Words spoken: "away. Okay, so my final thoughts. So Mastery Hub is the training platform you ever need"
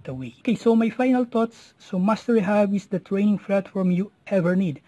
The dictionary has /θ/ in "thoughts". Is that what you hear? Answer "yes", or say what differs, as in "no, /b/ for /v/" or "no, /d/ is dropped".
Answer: no, /t/ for /θ/